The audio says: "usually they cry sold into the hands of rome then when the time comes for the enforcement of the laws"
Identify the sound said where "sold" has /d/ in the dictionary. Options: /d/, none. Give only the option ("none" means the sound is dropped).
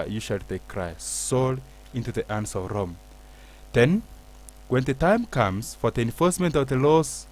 none